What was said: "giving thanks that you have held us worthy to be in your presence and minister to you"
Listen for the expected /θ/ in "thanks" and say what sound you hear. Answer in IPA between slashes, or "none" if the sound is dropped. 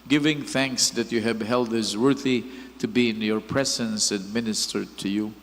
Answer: /θ/